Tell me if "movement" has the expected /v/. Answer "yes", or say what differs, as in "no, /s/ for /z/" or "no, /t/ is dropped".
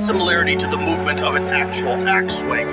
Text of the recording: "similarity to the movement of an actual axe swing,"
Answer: yes